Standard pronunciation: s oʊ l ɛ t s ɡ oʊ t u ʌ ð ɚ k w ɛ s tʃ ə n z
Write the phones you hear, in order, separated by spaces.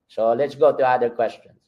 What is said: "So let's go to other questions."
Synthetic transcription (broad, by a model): s oʊ l ɛ t s ɡ oʊ t u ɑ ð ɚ k w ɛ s tʃ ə n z